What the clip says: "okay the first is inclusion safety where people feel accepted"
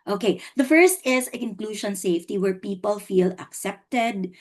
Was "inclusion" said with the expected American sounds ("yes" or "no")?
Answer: no